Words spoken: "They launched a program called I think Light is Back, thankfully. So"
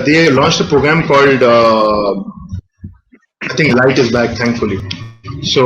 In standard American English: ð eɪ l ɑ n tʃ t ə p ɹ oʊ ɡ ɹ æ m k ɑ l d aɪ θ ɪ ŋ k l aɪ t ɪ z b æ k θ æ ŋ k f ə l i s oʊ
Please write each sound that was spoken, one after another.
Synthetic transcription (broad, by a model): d eɪ l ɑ n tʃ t ə p ɹ oʊ ɡ ɹ æ m k ɑ l d aɪ t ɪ ŋ k l aɪ t ɪ z b æ k t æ ŋ k f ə l i s oʊ